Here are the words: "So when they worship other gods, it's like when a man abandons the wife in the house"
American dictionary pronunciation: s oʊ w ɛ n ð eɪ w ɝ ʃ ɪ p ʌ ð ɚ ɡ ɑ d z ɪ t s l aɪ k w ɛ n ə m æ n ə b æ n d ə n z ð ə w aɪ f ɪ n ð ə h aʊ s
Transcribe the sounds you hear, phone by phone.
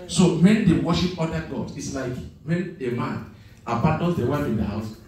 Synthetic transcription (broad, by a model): s oʊ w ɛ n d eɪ w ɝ ʃ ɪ p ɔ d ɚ ɡ ɑ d ɪ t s l aɪ k w ɛ n ə m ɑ n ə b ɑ n d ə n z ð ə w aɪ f ɪ n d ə h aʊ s